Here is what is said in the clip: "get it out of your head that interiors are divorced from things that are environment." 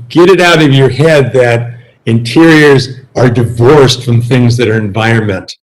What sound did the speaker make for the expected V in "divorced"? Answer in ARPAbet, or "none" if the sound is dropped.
V